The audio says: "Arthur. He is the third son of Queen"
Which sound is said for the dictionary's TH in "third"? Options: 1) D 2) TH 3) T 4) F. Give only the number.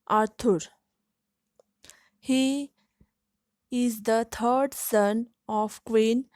3